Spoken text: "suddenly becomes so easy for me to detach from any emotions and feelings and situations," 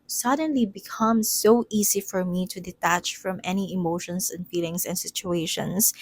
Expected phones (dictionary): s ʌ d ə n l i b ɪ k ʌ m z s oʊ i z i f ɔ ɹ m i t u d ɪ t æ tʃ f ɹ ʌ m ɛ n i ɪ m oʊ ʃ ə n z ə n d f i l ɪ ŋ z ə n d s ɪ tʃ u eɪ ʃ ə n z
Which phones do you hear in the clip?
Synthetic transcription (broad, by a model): s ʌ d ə n l i b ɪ k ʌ m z s oʊ i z i f ɔ ɹ m i t u d ɪ t æ tʃ f ɹ ʌ m ɛ n i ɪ m oʊ ʃ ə n s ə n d f i l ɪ ŋ s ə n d s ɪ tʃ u eɪ ʃ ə n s